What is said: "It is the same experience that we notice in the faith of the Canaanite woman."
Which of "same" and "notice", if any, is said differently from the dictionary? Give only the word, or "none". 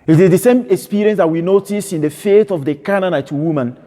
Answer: none